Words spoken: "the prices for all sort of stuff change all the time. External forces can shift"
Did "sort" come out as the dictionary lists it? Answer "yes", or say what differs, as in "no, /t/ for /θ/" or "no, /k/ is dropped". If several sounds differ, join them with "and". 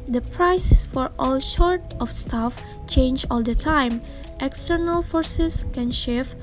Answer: no, /ʃ/ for /s/